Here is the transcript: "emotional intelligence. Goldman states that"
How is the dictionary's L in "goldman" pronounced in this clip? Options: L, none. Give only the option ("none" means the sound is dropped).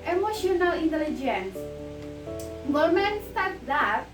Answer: none